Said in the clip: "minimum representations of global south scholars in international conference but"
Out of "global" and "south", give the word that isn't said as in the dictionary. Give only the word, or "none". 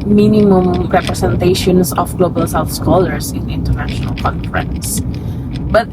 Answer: south